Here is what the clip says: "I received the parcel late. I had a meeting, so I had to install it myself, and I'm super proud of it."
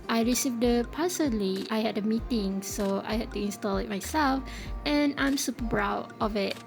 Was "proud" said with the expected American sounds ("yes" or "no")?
no